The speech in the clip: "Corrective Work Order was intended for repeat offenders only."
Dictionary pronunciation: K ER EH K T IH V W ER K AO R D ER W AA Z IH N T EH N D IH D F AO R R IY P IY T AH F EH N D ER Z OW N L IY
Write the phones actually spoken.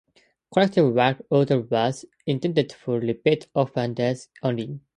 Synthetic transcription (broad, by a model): K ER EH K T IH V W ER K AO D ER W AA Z IH N T EH N D IH D F AO R L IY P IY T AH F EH N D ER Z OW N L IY